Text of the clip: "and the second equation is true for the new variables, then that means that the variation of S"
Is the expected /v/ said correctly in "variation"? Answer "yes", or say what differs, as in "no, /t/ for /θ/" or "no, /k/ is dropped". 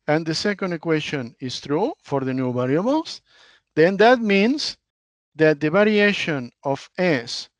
no, /b/ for /v/